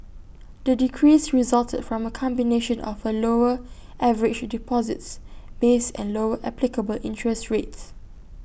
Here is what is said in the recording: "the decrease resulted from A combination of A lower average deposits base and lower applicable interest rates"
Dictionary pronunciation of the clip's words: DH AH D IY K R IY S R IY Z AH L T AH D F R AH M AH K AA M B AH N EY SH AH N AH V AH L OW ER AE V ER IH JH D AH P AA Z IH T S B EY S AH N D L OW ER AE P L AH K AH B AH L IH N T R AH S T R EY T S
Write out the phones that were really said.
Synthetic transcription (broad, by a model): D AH D IY K R IY S R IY Z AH L T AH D F R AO M AH K AA M B AH N EY SH AH N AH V AH L OW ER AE V ER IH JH D AH P AA Z IH T S B EY S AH N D L OW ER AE P L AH K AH B AH L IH N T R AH S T R EY T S